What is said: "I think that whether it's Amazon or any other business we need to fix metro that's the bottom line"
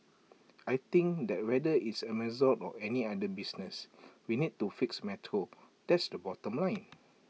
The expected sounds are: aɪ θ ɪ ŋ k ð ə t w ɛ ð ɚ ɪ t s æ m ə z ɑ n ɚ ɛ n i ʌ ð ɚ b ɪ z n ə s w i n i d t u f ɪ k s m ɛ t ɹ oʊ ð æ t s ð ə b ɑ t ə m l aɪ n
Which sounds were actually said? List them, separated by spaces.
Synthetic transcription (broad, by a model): aɪ t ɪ ŋ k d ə t w ɛ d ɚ ɪ t s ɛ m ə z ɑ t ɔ ɛ n i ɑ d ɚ b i s n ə s w i n i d t u f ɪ k s m ɛ t ɹ oʊ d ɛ t s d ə b ɑ t ə m l aɪ n